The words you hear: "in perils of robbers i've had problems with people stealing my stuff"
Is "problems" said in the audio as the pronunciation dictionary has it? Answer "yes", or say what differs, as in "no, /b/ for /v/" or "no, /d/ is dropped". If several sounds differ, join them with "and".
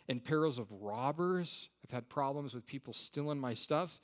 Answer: yes